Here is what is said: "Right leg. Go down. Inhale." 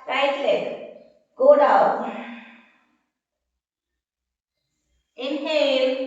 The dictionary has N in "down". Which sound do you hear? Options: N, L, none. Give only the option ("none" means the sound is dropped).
none